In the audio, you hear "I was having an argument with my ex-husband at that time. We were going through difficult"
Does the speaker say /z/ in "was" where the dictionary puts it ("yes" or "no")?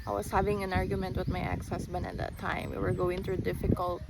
no